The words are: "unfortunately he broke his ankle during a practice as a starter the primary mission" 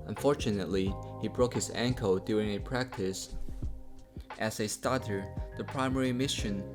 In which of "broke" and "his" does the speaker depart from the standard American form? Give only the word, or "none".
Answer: none